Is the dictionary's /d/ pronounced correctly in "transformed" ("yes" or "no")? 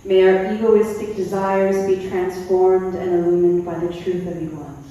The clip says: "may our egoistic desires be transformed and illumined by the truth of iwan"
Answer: yes